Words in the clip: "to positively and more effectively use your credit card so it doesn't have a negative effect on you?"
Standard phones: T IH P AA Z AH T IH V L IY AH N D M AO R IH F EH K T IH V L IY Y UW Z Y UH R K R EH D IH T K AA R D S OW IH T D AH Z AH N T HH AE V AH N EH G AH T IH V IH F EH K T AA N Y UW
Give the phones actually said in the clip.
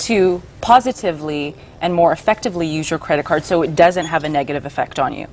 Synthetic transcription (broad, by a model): T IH P AA Z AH T IH V L IY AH N M AO R IH F EH K T IH V L IY Y UW Z Y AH R K R EH D IH T K AA R D S OW IH T D AH Z AH N T HH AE V AH N EH G AH T IH V IH F EH K T N Y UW